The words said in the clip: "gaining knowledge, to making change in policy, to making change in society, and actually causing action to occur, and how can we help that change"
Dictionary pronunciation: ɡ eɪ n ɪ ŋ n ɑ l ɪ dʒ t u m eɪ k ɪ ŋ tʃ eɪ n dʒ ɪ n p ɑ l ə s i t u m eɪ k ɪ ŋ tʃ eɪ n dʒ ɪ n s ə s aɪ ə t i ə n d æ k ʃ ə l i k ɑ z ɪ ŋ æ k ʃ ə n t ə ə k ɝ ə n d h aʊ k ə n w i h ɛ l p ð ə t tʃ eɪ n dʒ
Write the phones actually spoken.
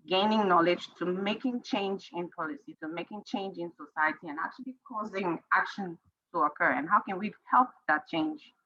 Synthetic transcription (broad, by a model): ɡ eɪ n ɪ ŋ n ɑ l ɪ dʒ t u m eɪ k ɪ ŋ tʃ eɪ n dʒ ɪ n p ɑ l ə s i t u m eɪ k ɪ ŋ tʃ eɪ n dʒ ɪ n s ə s aɪ ə t i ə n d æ k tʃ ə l i k ɑ z ɪ ŋ æ k ʃ ə n t ə ə k ɝ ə n h aʊ k ə n w i h ɛ l p ð ə t tʃ eɪ n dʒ